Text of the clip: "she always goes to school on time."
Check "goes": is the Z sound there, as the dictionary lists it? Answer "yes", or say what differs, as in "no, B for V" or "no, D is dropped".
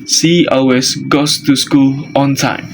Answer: no, S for Z